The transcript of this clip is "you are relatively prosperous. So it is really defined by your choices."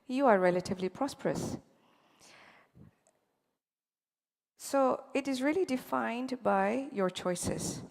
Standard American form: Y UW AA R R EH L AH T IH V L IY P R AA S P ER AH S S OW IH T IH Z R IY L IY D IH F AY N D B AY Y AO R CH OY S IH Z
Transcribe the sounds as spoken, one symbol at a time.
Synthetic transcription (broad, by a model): Y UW AA R R EH L AH T IH V L IY P R AA S P ER AH S S OW IH T IH Z R IY L IY D IH F AY N D B AY Y AO R CH OY S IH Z